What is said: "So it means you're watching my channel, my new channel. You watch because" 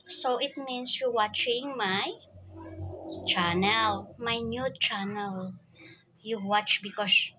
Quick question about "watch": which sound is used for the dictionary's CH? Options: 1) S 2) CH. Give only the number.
2